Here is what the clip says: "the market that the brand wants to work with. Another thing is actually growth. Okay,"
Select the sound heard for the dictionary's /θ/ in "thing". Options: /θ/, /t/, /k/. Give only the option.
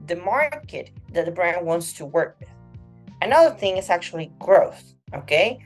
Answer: /θ/